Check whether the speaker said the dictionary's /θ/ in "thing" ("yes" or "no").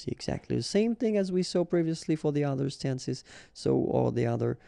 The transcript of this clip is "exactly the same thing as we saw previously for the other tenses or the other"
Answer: yes